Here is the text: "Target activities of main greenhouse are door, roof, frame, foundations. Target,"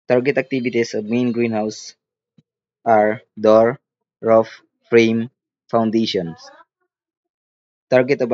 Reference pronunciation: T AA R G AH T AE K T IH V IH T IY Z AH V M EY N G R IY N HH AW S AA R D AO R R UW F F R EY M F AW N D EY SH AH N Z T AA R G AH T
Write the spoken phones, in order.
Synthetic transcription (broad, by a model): T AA R G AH T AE K T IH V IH T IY S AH B M EY N G R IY N HH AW S AA R D AO R R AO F F R EY M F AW N D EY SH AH N S T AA R G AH T